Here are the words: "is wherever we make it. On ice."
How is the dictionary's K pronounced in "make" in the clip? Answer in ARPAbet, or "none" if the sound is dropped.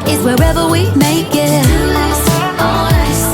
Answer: none